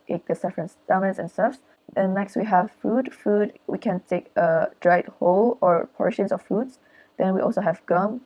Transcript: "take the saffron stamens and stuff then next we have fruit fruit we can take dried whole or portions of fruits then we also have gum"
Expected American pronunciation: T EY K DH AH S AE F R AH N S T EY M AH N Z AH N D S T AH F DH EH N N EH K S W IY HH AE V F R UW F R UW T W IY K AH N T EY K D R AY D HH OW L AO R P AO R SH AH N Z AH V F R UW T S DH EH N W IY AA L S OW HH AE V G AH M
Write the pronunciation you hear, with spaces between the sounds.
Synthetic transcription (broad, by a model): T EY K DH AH S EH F R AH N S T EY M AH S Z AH N S T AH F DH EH N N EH K S W IY HH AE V F UW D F UW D W IY K AH N T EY K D R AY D HH OW L AO R P AO R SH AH N S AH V F UW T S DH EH N W IY AA L S OW HH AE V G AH M